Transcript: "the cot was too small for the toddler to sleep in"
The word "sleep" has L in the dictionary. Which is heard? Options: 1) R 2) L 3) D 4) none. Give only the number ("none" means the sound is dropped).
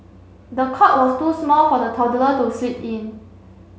4